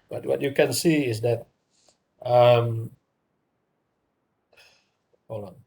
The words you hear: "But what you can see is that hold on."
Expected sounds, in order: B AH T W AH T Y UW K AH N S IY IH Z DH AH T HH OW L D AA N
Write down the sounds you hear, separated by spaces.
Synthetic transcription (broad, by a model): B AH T W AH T Y UW K AH N S IY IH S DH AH T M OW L AA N